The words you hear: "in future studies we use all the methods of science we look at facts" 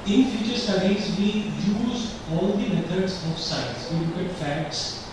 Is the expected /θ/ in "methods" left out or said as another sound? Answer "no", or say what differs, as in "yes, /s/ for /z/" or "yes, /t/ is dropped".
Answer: yes, /t/ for /θ/